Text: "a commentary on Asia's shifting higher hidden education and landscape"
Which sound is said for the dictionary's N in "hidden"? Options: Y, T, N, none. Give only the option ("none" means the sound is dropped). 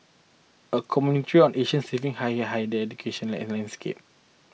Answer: none